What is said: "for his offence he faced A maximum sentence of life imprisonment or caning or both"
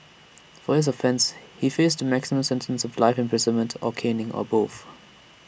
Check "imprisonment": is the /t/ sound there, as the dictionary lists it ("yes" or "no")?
yes